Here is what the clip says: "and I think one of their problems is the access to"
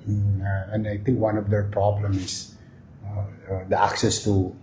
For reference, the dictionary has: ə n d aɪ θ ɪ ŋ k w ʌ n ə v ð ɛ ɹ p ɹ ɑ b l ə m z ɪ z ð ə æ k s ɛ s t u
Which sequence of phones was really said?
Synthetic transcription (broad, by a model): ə n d aɪ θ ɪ ŋ k w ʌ n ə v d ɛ ɹ p ɹ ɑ b l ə m ɪ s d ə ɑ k s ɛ s t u